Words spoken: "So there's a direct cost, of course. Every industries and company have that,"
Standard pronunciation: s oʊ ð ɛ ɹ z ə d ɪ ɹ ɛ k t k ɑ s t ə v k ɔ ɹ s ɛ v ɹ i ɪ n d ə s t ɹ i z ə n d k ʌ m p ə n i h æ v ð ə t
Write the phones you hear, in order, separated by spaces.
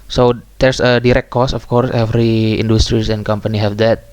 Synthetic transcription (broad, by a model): s oʊ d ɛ ɹ s ə d ɪ ɹ ɛ k t k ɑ s ə f k ɔ ɹ s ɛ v ɹ i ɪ n d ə s t ɹ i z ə n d k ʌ m p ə n i h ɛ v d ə t